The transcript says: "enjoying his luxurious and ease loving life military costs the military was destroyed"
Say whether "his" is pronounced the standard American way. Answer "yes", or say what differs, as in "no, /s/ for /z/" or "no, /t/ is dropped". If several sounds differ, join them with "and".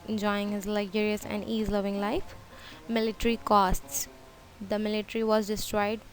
yes